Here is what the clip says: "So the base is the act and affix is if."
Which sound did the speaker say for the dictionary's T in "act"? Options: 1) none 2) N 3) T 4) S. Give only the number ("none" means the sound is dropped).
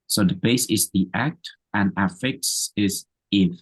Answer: 3